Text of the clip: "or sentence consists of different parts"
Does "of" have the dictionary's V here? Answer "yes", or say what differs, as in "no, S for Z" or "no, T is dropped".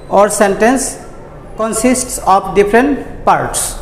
no, P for V